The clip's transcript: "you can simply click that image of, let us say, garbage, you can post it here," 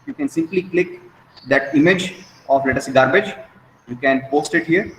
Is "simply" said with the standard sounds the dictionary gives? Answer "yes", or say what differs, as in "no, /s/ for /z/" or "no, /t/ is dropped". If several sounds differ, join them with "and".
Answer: yes